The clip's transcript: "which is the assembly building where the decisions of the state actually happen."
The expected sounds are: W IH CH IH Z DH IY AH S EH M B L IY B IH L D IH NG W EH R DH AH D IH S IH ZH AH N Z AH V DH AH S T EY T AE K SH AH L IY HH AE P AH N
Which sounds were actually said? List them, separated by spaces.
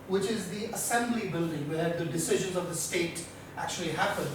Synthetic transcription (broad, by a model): W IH CH IH Z DH IY AH S EH M B L IY B IH L D IH NG W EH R DH AH D IH S IH ZH AH N Z AH V DH AH S T EY T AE K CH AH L IY HH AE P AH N